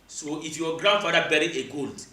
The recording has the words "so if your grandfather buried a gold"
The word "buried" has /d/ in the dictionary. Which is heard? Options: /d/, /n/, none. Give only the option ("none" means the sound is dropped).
none